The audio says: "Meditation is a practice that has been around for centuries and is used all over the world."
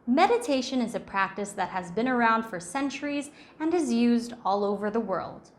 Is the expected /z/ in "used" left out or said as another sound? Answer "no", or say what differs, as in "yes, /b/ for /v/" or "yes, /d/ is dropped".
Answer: no